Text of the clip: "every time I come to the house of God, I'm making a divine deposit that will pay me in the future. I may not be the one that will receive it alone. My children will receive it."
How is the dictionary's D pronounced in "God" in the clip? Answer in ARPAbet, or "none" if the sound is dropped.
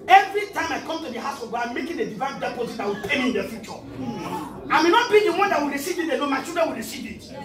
none